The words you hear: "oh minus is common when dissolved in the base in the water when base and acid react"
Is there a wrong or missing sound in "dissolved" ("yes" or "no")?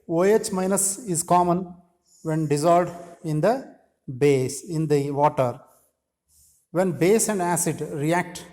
yes